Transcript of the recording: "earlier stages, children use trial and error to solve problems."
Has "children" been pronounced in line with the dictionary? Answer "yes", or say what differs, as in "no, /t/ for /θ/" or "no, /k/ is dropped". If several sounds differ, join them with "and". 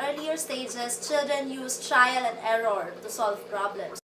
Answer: yes